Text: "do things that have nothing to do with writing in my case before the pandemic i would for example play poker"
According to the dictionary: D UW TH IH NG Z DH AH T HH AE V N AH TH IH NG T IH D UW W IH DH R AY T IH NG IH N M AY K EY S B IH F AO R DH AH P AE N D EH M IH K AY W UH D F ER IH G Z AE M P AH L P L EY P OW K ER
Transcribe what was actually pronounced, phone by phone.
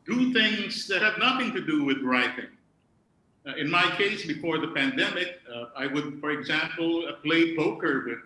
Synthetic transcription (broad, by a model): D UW TH IH NG Z DH AH T HH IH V N AH TH IH NG T IH D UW W IH DH R AY T IH NG IH N M AY K EY S B IH F AO R DH AH P AE N D EH M IH K AY W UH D F ER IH G Z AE M P L P L EY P OW K ER